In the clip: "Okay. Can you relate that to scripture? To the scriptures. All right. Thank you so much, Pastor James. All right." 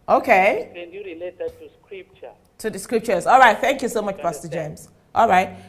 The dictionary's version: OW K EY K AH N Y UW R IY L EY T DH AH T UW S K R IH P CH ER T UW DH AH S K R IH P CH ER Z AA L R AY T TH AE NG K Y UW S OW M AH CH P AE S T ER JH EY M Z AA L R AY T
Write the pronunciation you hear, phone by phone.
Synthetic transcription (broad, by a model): OW K EY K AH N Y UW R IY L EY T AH T UW S K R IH P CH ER T UW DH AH S K R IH P CH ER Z AA L R AY T TH AE NG K Y UW S OW M AH CH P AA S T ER JH EY M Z AA L R AY T